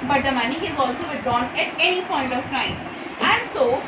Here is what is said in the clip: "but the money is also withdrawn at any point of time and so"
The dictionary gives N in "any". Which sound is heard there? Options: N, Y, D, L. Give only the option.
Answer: L